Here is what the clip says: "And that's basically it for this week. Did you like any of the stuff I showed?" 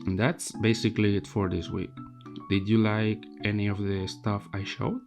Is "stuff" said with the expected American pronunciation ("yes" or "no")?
yes